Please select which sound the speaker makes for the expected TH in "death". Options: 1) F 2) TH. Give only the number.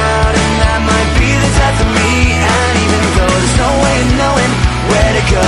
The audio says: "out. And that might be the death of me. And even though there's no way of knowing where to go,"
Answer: 1